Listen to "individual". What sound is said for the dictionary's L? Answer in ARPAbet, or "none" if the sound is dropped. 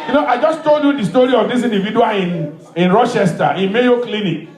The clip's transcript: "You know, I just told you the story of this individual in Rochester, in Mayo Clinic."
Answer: N